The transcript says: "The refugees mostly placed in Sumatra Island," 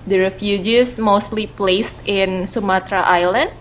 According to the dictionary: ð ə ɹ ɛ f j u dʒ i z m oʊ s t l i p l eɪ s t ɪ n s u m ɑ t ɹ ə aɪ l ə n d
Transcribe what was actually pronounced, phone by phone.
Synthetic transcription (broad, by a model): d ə ɹ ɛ f j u dʒ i s m oʊ s t l i p l eɪ s t ɪ n s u m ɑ t ɹ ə aɪ l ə n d